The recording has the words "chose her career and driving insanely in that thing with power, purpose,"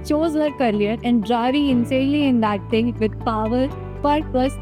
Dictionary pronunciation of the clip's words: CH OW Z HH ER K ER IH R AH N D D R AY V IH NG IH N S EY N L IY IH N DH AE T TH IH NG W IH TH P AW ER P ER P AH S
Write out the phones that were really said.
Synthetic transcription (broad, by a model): CH OW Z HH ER K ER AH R AH N D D R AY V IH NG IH N S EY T L IY IH N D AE T T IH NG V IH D P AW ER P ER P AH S